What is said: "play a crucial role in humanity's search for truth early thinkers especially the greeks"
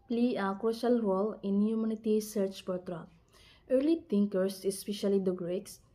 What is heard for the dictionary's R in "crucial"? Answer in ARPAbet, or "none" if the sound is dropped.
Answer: none